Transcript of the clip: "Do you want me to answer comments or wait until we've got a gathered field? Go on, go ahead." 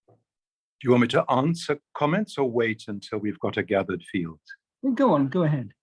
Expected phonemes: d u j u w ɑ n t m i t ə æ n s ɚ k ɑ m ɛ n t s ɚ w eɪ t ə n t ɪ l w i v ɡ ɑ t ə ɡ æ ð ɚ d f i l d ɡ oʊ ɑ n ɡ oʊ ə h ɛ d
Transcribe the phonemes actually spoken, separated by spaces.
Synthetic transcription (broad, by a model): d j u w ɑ m i t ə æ n s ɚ k ɑ m ɛ n t s ɚ w eɪ t ə n t ɪ l w i v ɡ ɑ t ə ɡ æ ð ɚ d f i l d ɡ oʊ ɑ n ɡ oʊ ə h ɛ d